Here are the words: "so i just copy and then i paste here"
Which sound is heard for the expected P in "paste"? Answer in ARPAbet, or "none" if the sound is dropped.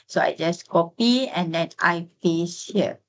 F